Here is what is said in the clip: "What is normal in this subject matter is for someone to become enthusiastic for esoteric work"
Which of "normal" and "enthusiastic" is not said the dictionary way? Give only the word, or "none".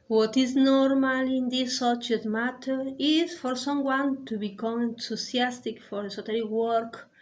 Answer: enthusiastic